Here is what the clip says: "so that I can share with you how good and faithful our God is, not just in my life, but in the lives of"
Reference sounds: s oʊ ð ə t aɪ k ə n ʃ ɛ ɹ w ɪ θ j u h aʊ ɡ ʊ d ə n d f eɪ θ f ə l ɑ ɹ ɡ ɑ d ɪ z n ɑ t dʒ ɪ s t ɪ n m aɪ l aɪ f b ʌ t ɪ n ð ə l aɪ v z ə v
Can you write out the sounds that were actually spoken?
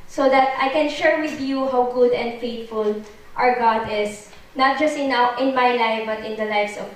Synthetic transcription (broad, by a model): s oʊ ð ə t aɪ k ə n ʃ ɛ ɹ w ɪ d j u h aʊ ɡ ʊ d ə n d f eɪ t f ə l ɑ ɹ ɡ ɑ d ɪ s n ɑ t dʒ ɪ s t ɪ n m aɪ l aɪ f b ʌ t ɪ n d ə l aɪ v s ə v